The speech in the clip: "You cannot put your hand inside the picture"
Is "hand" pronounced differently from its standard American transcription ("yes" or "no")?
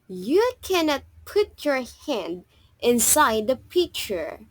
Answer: no